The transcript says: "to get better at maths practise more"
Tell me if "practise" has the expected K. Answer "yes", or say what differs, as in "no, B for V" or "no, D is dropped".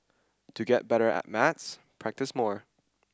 yes